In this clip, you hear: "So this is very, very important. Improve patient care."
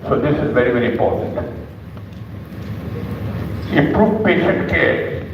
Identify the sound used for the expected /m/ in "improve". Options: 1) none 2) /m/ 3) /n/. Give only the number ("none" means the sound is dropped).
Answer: 1